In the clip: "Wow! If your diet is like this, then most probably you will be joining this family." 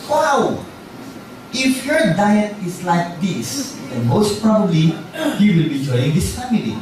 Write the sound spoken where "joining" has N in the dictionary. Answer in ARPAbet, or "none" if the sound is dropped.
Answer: none